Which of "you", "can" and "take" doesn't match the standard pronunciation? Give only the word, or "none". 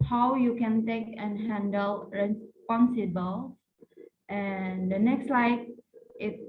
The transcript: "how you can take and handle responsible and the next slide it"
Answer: none